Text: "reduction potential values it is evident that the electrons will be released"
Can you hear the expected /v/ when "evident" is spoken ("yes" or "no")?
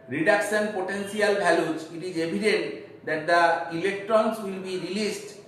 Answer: no